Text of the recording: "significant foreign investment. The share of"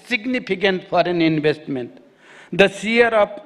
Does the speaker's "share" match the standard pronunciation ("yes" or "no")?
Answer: no